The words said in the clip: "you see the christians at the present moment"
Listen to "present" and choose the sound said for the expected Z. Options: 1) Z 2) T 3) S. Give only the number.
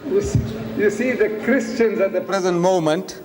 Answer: 1